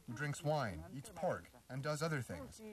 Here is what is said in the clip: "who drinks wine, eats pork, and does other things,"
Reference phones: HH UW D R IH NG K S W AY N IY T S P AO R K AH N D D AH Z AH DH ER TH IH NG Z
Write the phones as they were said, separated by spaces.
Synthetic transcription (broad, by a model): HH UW D R IH NG K S W AY N IY T S P AO R K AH N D D AH Z AH DH ER TH IH NG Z